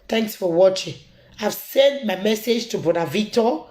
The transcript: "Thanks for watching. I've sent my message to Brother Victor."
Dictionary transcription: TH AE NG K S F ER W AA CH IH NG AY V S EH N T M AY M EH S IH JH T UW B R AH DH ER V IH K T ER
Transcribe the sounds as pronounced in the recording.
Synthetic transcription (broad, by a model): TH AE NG K S F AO W AA CH IH NG AY V S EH N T M AY M EH S IH JH T UW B AO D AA V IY K T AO